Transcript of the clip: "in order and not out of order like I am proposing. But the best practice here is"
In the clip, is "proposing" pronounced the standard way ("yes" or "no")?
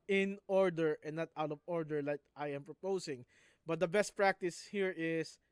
no